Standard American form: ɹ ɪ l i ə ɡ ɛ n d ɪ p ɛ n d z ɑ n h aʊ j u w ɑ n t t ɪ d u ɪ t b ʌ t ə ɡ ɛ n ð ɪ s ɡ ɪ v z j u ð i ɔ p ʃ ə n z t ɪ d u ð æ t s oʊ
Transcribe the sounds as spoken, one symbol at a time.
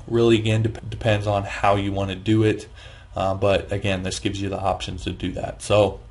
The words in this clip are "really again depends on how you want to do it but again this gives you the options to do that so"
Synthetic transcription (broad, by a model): ɹ ɪ l i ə ɡ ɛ n d ɪ p ɛ n d z n h aʊ j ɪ w ɑ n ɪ d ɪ ɪ t b ʌ t ə ɡ ɛ n ð ɪ s ɡ ɪ v z j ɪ ð i ɔ p ʃ ə n z t ɪ d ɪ ð æ t s oʊ